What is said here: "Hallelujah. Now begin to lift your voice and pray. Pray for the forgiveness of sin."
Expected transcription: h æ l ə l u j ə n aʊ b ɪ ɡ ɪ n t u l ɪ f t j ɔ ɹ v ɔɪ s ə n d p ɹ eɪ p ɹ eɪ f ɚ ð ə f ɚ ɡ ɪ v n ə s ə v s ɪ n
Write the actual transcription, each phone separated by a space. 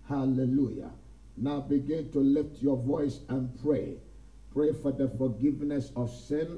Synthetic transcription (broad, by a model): h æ l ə l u j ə n aʊ b ɪ ɡ ɪ n t u l ɪ f t j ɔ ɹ v ɔɪ s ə n p ɹ eɪ p ɹ eɪ f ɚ ð ə f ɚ ɡ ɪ v n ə s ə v s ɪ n